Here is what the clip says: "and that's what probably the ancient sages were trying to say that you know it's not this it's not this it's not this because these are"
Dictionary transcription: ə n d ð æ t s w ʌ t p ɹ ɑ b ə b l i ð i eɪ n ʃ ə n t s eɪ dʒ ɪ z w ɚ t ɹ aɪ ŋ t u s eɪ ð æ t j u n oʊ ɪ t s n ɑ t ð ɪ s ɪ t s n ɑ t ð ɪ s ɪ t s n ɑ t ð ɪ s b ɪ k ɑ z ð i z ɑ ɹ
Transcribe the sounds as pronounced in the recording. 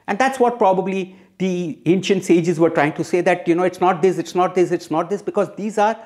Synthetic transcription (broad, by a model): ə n d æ t s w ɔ t p ɹ ɑ b ə b l i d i eɪ n ʃ ə n t s eɪ dʒ ɪ z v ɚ t ɹ aɪ ŋ t u s eɪ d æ t j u n oʊ ɪ t s n ɑ t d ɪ s ɪ t s n ɑ t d ɪ s ɪ t s n ɑ t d ɪ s b ɪ k ɑ z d i z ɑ ɹ